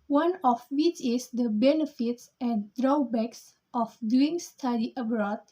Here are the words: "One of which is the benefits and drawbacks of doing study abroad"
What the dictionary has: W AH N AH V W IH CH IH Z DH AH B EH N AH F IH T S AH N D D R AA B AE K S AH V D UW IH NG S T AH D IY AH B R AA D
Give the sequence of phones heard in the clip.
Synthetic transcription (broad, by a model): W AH N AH F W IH CH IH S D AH B EH N AH F IH T S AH N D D R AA B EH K S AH F D UW IH NG S T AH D IY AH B R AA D